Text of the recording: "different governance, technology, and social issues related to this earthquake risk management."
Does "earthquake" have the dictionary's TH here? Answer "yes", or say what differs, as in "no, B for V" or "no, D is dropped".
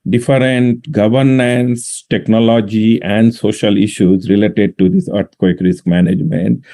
no, T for TH